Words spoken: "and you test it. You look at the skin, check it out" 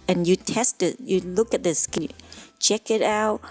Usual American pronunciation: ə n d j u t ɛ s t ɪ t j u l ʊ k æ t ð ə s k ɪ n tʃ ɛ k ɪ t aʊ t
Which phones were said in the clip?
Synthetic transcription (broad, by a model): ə n j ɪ t ɛ s t ɪ t j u l ʊ k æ t ð ə s k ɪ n tʃ ɛ k ɪ t aʊ t